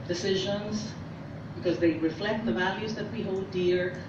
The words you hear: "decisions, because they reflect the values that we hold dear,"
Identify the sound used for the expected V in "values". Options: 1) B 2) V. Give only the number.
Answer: 2